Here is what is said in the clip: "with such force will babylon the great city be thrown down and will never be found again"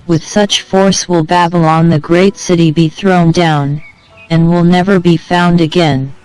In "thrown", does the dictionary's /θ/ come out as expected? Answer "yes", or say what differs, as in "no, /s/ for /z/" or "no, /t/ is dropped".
yes